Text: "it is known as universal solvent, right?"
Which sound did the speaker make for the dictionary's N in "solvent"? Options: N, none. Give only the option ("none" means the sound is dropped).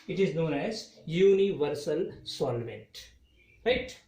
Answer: N